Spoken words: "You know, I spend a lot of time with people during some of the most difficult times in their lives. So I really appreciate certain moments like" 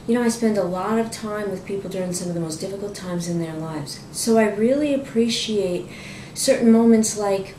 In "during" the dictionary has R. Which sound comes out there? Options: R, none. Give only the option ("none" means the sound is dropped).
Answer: R